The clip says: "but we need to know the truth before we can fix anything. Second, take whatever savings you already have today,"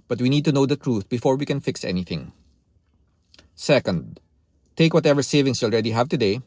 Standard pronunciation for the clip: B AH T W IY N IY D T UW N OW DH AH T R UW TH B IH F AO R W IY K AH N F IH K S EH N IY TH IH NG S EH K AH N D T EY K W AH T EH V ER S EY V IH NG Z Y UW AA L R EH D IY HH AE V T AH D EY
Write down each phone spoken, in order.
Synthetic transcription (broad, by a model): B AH T W IY N IY D T UW N OW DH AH T R UW TH B IH F AO R W IY K AH N F IH K S EH N IY TH IH NG S EH K AH N D T EY K W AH T EH V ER S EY V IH NG S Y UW AA L R EH D IY HH AE V T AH D EY